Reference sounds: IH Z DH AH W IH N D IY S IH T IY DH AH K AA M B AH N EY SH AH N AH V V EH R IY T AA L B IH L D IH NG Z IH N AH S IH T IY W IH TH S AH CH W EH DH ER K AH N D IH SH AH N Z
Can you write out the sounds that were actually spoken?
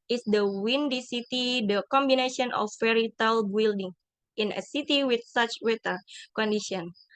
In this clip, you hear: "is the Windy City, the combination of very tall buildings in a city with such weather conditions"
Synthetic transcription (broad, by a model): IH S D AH W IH N D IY S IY T IY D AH K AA M B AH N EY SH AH N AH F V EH R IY T AA L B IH L D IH NG IH N AH S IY T IY W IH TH S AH CH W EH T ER K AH N D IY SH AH N